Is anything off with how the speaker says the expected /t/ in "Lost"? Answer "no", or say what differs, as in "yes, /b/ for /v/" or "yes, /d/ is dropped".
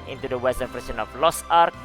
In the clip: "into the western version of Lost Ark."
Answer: yes, /t/ is dropped